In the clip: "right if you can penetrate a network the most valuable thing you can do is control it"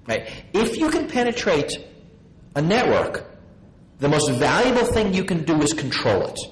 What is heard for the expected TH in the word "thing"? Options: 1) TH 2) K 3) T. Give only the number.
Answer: 1